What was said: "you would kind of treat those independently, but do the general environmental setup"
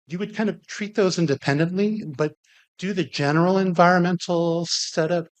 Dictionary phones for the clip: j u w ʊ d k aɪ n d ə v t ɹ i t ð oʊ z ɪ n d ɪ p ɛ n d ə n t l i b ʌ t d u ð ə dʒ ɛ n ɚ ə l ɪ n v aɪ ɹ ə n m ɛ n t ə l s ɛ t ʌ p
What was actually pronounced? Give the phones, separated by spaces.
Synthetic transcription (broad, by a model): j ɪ w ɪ d k aɪ n d ə v t ɹ i t ð oʊ z ɪ n d ɪ p ɛ n d ə n t l i b ʌ t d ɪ ð ə dʒ ɛ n ɚ l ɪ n v aɪ ɹ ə n m ɛ n t l s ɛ t ʌ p